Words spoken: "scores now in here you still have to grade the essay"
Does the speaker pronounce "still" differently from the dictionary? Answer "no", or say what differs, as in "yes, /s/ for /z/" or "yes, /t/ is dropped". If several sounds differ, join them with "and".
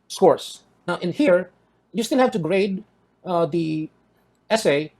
yes, /n/ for /l/